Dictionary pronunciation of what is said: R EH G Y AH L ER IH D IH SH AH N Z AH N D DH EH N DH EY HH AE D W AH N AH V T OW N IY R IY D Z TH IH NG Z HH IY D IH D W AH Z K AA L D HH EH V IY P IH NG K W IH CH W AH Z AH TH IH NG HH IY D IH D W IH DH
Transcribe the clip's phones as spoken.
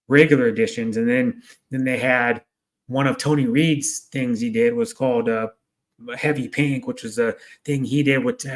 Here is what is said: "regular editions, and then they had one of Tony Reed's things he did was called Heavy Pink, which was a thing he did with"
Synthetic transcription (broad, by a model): R EH G Y L ER IH D IH SH AH N Z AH N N DH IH N DH EY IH D W AH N AH V T OW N IY R IY D Z TH IH NG Z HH IY D IH D W AH Z K AA L D HH EH V IY P IH NG K W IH CH W AH Z AH TH IH NG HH IY D IH D W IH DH